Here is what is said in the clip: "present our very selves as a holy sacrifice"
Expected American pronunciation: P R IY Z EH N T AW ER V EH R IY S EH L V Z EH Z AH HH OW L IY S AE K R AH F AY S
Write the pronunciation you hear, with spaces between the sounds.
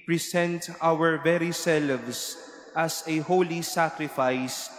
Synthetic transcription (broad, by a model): P R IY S EH N T AW ER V EH R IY S EH L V S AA S AH HH OW L IY S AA K R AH F AY S